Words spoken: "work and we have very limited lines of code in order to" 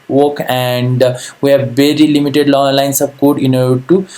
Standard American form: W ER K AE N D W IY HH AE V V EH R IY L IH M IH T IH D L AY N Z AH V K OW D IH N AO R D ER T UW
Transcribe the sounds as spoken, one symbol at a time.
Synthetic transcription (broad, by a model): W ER K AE N D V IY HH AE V V EH R IY L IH M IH T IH D L AY N S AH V K OW D IH N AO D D T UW